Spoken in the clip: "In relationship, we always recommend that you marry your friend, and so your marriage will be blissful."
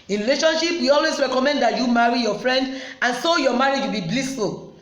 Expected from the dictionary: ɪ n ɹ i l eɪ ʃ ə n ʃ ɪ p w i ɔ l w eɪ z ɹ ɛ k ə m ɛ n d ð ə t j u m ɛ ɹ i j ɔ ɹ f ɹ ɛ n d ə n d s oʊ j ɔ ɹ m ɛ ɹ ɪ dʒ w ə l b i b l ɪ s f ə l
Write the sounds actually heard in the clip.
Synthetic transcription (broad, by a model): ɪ n ɹ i l eɪ ʃ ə n ʃ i p w i ɔ l w eɪ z ɹ ɛ k ə m ɛ n d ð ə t j u m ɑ ɹ i j ɔ f ɹ ɛ n d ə n s oʊ j ɔ m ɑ ɹ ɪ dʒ w ə l b i b l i s f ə l